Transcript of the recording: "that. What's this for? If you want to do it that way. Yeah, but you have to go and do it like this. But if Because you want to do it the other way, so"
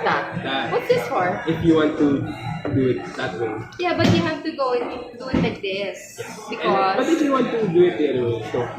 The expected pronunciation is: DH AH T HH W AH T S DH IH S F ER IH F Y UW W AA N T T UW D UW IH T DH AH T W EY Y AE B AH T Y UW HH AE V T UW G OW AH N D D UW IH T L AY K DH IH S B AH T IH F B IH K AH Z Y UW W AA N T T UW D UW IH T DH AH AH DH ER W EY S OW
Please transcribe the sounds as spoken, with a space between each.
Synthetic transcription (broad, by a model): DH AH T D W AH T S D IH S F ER IH F Y UW W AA N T T UW D UW IH T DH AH T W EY Y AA B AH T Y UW HH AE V T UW G OW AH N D D UW IH T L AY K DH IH S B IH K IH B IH AH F Y UW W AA N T T UW D UW IH T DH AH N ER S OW